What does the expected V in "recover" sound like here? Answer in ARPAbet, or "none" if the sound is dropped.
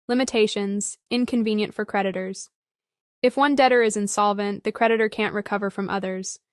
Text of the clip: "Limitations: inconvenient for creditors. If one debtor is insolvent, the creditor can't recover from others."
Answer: V